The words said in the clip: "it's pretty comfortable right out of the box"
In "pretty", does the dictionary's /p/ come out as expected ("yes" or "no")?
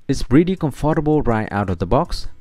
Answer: no